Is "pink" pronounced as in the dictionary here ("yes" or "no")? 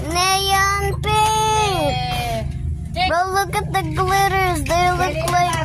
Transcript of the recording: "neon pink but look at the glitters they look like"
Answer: no